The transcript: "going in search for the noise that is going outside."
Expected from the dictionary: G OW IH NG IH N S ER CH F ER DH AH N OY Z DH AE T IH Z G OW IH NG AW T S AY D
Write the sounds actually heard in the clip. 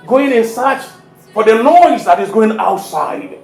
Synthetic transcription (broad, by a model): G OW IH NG IH N S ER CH F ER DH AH L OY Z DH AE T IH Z G OW IH NG AW T S AY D